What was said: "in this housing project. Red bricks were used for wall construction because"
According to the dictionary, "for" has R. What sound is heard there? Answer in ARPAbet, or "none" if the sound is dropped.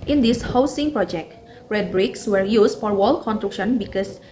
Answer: R